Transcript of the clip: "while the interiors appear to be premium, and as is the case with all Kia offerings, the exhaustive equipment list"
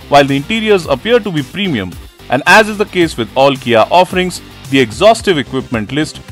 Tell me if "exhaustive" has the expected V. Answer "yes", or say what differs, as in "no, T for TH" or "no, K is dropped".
yes